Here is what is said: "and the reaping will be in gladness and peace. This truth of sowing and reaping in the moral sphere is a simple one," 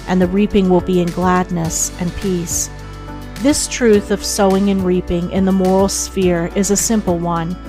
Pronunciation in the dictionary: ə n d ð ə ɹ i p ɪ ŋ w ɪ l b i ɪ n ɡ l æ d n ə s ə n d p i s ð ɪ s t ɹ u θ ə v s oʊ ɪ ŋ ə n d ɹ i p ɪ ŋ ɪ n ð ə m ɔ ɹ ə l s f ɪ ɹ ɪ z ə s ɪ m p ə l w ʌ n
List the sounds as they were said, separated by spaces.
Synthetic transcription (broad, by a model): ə n ð ə ɹ i p ɪ ŋ w ɪ l b i ɪ n ɡ l æ d n ə s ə n p i s ð ɪ s t ɹ u θ ə v s oʊ ɪ ŋ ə n ɹ i p ɪ ŋ ɪ n ð ə m ɔ ɹ l s f ɪ ɹ ɪ z ə s ɪ m p l w ʌ n